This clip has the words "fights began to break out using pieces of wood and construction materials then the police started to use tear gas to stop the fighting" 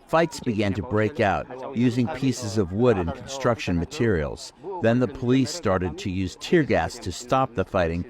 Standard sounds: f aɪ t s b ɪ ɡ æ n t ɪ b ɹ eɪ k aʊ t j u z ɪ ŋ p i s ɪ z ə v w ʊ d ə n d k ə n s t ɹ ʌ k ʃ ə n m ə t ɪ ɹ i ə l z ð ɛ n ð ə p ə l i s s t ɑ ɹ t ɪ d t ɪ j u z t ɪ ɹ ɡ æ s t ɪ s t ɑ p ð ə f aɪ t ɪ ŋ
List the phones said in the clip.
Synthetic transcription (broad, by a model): f aɪ t s b ɪ ɡ æ n t ɪ b ɹ eɪ k aʊ t j u z ɪ ŋ p i s ɪ z ə v w ʊ d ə n k n s t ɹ ʌ k ʃ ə n m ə t ɪ ɹ i l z ð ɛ n ð ə p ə l i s s t ɑ ɹ t ɪ d t ɪ j u z t ɪ ɹ ɡ æ s t ɪ s t ɑ p ð ə f aɪ t ɪ ŋ